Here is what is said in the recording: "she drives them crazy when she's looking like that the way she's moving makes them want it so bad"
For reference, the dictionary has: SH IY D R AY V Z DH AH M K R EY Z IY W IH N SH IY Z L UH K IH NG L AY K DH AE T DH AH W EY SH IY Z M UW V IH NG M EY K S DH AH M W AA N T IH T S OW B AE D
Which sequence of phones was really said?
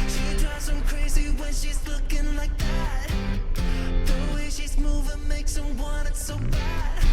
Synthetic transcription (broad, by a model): SH IY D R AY Z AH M K R EY Z IY W IH N SH IY Z L UH K IH NG L AY K DH AE T DH AH W EY SH IY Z M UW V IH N M EY K S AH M W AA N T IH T S OW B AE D